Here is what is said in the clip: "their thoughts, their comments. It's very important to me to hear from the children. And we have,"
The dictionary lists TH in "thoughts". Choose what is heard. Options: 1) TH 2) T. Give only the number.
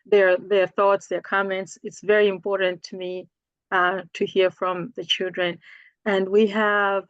1